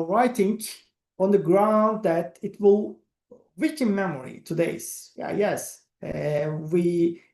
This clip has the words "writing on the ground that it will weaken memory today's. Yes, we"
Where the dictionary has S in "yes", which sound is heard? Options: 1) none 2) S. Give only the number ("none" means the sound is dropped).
2